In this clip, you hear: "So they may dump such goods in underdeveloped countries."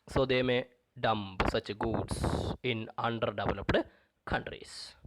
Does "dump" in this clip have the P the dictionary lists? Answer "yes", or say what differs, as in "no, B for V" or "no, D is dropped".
no, B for P